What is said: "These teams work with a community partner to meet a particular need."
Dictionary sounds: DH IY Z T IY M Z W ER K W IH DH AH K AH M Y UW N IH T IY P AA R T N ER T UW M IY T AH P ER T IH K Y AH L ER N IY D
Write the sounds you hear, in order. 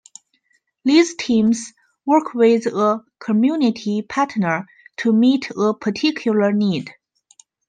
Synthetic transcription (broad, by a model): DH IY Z T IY M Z W ER K W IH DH AH K AH M Y UW N IH T IY P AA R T N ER T UW M IY T AH P ER T IH K Y AH L ER N IY D